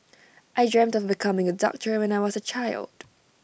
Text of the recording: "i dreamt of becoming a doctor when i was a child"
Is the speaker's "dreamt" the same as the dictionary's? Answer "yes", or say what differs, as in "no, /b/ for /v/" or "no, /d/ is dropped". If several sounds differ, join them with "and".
yes